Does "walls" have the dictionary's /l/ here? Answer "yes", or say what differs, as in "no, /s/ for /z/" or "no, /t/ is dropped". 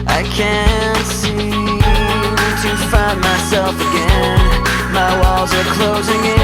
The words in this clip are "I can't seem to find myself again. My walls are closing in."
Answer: yes